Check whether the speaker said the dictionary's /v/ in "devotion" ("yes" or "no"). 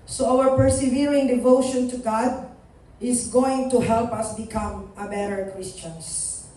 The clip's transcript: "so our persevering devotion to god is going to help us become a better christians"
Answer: yes